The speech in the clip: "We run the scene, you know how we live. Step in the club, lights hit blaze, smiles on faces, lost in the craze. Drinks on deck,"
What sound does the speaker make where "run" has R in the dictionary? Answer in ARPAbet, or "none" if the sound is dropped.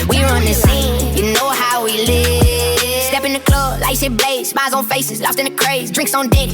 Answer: R